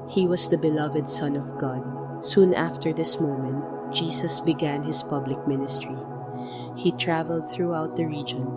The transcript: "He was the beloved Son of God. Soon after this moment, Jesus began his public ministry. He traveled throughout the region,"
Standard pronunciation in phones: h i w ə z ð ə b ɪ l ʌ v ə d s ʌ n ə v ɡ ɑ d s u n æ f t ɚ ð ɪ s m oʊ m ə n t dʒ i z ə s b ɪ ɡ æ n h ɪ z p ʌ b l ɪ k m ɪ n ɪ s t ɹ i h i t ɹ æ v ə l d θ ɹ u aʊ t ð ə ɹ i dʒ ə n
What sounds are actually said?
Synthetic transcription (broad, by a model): h i w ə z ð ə b ɪ l ʌ v ə d s ʌ n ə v ɡ ɑ d s u n æ f t ɚ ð ɪ s m oʊ m ə n t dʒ i s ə s b ɪ ɡ æ n h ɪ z p ʌ b l ɪ k m ɪ n ɪ s t ɹ i h i t ɹ æ v ə l d θ ɹ u aʊ t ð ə ɹ i dʒ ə n